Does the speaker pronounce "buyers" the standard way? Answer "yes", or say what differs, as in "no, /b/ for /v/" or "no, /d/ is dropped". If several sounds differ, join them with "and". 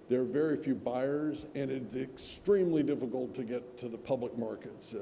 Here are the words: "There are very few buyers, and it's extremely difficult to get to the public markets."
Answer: yes